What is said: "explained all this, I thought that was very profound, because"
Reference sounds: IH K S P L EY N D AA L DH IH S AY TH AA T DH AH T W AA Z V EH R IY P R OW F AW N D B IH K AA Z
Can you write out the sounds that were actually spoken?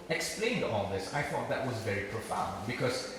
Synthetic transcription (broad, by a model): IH K S P L EY N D AA L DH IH S AY TH AA T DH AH T W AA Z V EH R IY P R OW F AW N D B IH K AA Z